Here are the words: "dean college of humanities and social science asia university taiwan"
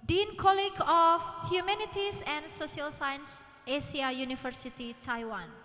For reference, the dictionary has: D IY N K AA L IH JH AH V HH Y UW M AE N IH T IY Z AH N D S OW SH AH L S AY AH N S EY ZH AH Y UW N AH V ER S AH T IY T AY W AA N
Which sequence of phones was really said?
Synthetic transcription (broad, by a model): D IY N K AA L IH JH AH F HH Y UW M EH N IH T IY S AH N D S OW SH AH L S AY AH N S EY S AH Y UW N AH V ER S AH T IY T AY W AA N